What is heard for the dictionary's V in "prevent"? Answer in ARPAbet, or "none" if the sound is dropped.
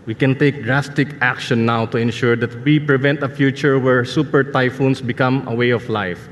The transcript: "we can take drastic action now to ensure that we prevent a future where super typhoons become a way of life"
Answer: V